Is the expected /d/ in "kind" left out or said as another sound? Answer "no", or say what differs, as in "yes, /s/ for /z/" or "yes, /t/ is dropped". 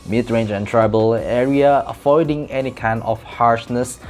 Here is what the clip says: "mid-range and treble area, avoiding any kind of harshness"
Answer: yes, /d/ is dropped